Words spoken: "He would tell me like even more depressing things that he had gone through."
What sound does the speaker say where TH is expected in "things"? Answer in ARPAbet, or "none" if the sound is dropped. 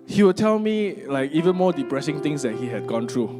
T